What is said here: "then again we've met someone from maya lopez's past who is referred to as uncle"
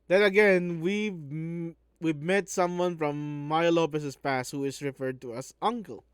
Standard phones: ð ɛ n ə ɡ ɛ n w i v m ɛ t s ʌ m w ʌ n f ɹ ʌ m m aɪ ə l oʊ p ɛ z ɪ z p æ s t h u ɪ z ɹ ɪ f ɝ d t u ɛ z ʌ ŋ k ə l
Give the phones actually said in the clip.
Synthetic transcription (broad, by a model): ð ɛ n ə ɡ ɛ n w i w m ɛ t s ʌ m w ʌ n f ɹ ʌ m m aɪ ə l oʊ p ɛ s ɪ s p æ s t h u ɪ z ɹ ɪ f ɝ d t u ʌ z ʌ ŋ k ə l